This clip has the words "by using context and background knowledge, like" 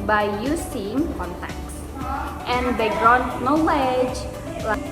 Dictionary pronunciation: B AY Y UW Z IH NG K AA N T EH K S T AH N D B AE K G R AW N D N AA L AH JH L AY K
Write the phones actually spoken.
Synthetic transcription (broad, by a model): B AY Y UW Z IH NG K AA N T EH K S T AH N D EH G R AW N N AA L AH JH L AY